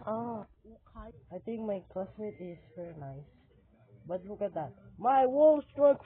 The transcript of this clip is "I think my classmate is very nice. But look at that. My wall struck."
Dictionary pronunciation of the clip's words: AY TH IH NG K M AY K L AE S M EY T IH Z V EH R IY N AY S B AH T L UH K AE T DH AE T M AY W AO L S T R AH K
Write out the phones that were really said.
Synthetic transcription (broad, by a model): AY T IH NG K M AY K L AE S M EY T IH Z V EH R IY N AY S B AH T L UH K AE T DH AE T M AY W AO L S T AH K